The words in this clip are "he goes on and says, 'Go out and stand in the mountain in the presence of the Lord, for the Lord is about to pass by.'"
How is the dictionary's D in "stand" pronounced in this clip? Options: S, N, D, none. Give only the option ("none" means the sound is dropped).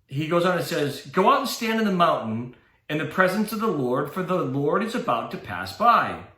D